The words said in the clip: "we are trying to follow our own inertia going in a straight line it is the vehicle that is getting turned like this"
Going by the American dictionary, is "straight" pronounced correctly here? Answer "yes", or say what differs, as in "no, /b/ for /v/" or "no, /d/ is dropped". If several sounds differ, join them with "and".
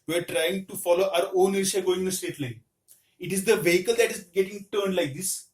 no, /ɹ/ is dropped